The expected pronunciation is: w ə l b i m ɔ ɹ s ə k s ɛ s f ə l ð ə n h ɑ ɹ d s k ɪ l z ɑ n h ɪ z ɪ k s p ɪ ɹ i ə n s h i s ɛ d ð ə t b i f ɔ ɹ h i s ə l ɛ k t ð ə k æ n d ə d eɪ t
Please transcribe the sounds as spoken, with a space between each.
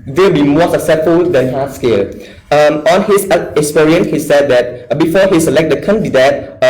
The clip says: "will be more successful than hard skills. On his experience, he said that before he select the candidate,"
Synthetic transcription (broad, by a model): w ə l b i m ɔ s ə k s ɛ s f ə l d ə n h ɑ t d s k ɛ l ɑ n h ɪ s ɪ k s p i ɹ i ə n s h i s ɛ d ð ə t b i f ɔ h i s ə l ɛ k t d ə k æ n d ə d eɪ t